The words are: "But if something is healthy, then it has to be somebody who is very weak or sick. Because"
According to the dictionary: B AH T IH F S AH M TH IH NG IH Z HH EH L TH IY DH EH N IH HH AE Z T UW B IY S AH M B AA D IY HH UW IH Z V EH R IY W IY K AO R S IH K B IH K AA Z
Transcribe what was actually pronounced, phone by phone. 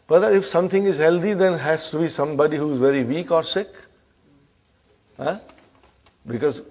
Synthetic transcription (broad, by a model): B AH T IH F S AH M T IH NG IH Z HH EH L T IY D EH N HH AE S T UW B IY S AH M B AA D IY HH UW IH Z V EH R IY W IY K AO R S IH K B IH K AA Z